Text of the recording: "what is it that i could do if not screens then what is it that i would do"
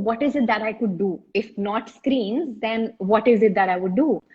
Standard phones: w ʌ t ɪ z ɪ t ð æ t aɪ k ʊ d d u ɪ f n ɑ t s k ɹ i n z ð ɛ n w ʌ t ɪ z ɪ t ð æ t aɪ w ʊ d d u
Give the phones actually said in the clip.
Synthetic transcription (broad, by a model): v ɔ t ɪ z ɪ t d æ t aɪ k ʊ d d u ɪ f n ɑ t s k ɹ i n z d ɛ n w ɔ t ɪ z ɪ t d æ t aɪ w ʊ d d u